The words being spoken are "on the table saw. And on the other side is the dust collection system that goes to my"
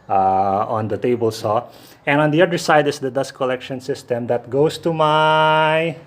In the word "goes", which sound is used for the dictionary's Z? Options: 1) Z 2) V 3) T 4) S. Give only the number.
4